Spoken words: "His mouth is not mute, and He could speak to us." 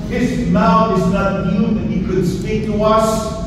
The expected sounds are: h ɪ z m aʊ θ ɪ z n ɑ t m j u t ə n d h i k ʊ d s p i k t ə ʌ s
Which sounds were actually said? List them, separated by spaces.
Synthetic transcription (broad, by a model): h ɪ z m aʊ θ ɪ z n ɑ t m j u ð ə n h i k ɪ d s p i k t ə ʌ s